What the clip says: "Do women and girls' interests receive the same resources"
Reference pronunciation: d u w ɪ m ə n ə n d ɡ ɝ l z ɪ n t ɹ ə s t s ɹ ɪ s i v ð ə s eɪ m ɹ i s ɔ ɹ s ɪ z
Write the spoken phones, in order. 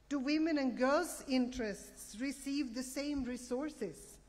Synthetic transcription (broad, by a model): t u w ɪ m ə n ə n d ɡ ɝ l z ɪ n t ɹ ə s t s ɹ ɪ s i v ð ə s eɪ m ɹ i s ɔ ɹ s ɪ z